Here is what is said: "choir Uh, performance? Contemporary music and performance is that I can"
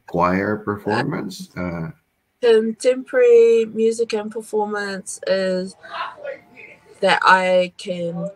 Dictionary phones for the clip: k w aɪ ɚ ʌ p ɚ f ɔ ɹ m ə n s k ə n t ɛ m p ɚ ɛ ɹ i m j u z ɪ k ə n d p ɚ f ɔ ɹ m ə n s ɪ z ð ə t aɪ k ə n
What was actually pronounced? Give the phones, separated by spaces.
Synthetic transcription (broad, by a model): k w aɪ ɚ p ɚ f ɔ ɹ m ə n s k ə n t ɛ m p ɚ ɹ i m j u z ɪ k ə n p ɚ f ɔ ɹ m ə n s ɪ z ð ə t aɪ k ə n